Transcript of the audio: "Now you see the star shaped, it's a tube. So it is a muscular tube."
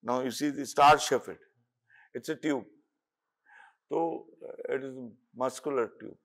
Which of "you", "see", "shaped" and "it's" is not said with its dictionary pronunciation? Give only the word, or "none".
shaped